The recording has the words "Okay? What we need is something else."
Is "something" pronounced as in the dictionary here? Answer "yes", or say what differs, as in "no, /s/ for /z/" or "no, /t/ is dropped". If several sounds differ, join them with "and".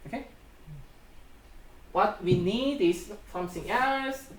no, /s/ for /θ/